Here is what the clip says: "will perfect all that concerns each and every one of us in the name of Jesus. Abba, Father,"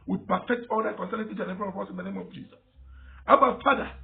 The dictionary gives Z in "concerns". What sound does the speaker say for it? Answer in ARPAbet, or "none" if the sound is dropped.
none